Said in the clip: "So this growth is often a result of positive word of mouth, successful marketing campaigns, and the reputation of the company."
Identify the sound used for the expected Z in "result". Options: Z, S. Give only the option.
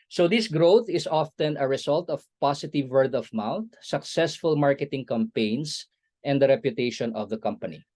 S